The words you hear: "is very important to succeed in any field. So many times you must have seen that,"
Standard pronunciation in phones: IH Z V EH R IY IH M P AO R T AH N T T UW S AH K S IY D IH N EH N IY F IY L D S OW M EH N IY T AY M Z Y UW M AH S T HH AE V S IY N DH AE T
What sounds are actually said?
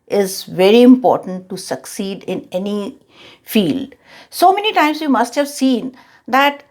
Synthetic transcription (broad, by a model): IH Z V EH R IY IH M P AO R T AH N T T UW S AH K S IY D IH N EH N IY F IY L D S OW M EH N IY T AY M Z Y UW M AH S T HH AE V S IY N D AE T